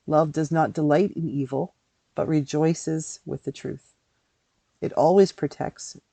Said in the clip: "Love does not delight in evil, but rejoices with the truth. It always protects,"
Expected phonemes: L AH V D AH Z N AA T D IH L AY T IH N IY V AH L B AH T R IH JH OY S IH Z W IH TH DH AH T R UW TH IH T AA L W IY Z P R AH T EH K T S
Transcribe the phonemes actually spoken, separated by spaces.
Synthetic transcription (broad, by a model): L AH V D AH Z N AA T D IH L AY T IH N IY V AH L B AH T R IH JH OY S IH Z W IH DH AH T R UW TH IH T AA L W IY Z P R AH T EH K T S